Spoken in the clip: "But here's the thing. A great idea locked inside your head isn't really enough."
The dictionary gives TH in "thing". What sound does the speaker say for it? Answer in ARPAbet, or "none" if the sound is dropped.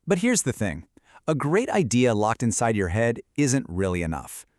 TH